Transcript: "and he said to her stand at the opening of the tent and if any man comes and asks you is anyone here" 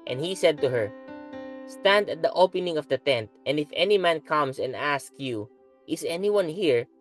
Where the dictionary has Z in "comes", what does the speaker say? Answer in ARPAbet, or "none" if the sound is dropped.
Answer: S